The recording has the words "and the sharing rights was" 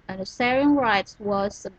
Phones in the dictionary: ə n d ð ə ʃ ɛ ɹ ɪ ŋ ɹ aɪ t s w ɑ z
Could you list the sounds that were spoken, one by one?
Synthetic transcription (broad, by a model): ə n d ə s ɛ ɹ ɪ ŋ ɹ aɪ t s w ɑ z